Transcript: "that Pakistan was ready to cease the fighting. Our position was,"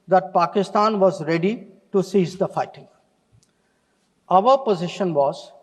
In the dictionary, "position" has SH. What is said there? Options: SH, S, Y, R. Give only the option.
SH